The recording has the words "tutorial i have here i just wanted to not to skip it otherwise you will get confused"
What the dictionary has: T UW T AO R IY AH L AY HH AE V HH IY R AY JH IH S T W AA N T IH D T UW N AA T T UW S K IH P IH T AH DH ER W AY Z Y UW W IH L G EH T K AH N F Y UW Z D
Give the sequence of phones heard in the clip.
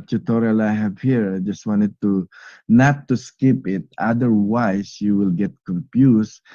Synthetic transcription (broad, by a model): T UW T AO R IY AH L AY HH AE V HH IY R AY JH IH S T W AA N T IH D T UW N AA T T UW S K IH P IH T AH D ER W AY S Y UW W IH L G EH T K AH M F Y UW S